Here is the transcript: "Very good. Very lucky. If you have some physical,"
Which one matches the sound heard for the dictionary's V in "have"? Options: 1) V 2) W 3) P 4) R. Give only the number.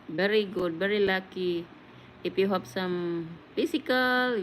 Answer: 3